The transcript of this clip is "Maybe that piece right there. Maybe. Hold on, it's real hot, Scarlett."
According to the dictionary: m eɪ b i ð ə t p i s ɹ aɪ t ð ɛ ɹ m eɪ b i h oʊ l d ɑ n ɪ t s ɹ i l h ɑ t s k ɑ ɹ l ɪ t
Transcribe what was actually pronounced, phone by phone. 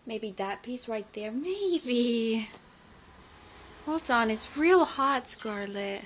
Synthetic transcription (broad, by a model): m eɪ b i ð ə t p i s ɹ aɪ t ð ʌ ɹ m eɪ b i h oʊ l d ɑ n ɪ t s ɹ i l h ɑ t s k ɑ ɹ l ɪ t